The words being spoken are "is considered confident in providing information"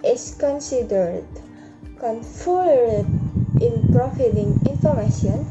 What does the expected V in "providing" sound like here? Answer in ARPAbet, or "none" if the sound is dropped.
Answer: F